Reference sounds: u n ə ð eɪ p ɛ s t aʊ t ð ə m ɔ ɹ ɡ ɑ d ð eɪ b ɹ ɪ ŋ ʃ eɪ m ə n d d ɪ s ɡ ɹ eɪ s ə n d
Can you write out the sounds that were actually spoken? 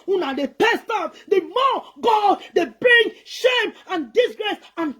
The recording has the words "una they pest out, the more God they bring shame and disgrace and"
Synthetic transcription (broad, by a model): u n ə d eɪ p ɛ s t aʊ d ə m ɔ ɡ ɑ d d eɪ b ɹ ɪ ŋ ʃ eɪ m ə n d d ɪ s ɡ ɹ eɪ s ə n